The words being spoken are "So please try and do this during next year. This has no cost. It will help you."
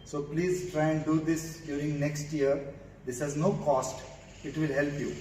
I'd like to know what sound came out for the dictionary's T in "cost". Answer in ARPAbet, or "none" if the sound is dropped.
T